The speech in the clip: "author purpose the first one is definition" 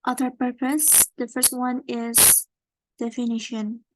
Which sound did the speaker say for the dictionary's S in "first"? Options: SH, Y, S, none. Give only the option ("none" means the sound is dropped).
S